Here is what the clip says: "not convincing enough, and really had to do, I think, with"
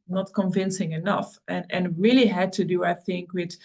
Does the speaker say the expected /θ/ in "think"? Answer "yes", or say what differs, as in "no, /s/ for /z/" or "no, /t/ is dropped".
yes